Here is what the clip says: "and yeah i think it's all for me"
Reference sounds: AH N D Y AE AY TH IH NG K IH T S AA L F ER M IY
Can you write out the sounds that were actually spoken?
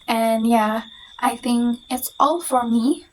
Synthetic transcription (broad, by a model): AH N Y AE AY TH IH NG K IH T S AA L F ER M IY